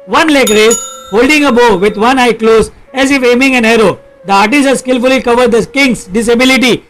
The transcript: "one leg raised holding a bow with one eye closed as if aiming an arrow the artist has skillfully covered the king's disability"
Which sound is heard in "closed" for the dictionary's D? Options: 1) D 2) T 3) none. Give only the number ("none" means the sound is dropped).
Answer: 3